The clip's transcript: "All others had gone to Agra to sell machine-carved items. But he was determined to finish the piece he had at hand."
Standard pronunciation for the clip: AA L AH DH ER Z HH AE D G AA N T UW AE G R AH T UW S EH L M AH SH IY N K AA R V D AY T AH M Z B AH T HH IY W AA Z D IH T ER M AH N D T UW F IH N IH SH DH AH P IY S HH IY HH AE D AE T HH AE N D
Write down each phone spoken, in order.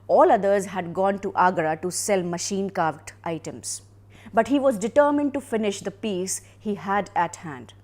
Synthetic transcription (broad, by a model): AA L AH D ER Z HH AE D G AA N T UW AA G R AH T UW S EH L M AH SH IY N K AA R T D AY T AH M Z B AH T HH IY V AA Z D IH T ER M AH N D T UW F IH N IH SH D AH P IY S HH IY HH AE D AE T HH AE N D